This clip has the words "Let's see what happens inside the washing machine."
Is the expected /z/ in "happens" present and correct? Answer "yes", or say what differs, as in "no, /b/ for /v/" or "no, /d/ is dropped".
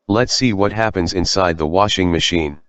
yes